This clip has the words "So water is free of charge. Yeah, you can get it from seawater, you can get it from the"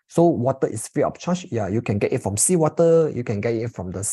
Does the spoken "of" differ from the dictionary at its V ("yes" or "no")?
yes